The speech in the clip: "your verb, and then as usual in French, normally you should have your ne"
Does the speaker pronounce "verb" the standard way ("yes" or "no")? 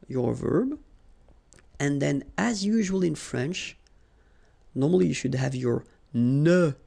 yes